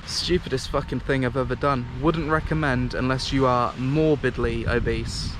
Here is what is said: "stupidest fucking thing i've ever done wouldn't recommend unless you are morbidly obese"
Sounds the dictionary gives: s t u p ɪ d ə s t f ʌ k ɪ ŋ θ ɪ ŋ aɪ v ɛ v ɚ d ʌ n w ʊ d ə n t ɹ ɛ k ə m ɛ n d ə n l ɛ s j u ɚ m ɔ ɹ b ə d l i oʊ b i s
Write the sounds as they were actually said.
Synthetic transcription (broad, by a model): s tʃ u p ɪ d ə s t f ʌ k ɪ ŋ θ ɪ ŋ aɪ v ɛ v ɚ d ʌ n w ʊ d n t ɹ ɛ k ə m ɛ n d ə n l ɛ s j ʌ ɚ m ɔ b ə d l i oʊ b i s